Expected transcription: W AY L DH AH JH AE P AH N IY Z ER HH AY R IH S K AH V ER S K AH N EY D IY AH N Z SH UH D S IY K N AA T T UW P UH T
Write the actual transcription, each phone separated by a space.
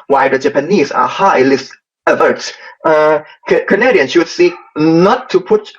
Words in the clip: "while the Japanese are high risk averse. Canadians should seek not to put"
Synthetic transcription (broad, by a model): W AY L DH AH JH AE P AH N IY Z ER HH AY L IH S AH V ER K K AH N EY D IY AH N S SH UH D S IY K N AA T T UW P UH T